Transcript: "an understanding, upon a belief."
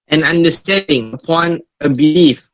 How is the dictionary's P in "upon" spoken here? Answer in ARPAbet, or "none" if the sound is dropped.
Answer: P